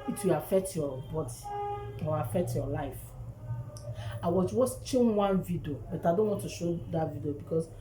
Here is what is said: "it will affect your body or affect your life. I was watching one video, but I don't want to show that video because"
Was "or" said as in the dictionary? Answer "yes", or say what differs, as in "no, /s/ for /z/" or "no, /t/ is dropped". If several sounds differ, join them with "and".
no, /w/ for /ɹ/